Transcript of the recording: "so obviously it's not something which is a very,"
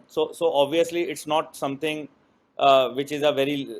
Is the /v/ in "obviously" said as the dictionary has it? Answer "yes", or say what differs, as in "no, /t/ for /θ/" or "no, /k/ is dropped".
yes